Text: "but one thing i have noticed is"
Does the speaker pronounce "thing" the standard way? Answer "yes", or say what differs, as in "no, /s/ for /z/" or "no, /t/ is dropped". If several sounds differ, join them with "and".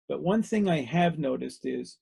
yes